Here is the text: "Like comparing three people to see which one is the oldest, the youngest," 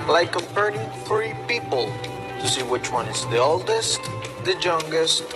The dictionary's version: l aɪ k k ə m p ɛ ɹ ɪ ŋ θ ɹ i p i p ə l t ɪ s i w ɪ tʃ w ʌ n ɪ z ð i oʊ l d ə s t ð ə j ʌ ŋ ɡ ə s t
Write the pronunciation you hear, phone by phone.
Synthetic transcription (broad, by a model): l aɪ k k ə p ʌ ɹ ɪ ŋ f ɹ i p i p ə l t ɪ s i w ɪ tʃ w ʌ n ɪ z ð i oʊ l d ə s t ð ə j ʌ ŋ ɡ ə s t